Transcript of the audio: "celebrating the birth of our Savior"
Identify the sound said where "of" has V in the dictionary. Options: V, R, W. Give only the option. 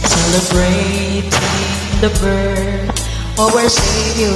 W